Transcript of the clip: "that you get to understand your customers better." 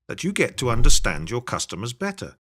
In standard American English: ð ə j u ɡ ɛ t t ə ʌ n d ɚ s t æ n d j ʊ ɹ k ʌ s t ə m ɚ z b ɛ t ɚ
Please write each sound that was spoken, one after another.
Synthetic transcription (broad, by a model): ð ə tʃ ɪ ɡ ɛ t t ə ʌ n d ɚ s t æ n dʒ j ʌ ɹ k ʌ s t ə m ɚ z b ɛ t ɚ